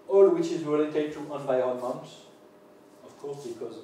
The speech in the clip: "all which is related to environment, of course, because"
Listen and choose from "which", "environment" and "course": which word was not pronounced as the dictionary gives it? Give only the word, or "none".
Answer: environment